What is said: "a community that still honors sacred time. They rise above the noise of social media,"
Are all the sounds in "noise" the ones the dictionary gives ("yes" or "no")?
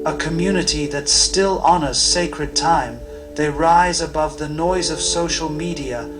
yes